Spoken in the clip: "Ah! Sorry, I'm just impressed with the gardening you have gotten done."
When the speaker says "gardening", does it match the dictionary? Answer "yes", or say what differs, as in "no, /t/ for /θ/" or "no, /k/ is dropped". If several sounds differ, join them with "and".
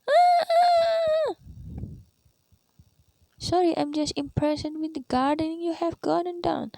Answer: yes